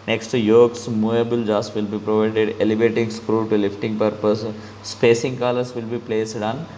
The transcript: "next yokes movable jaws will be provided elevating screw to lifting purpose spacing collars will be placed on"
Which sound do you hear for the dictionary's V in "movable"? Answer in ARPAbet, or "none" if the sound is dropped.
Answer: none